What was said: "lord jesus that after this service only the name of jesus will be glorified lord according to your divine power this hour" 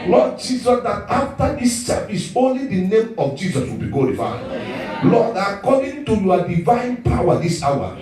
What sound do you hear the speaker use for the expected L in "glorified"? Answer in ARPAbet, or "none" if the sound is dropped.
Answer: none